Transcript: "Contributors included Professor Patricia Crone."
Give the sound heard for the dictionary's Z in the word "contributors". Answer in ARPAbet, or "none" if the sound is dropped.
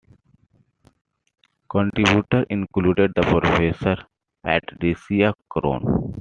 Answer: none